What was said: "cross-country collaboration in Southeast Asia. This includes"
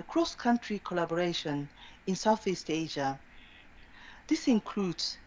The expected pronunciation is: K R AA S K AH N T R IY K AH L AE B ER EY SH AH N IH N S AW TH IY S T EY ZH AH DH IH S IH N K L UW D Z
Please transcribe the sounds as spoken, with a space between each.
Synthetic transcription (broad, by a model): K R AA S K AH N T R IY K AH L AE B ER EY SH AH N IH N S AW TH IY S T EY ZH AH DH IH S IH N K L UW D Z